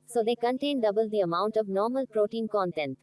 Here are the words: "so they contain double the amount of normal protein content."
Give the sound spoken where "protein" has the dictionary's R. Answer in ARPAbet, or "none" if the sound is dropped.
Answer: R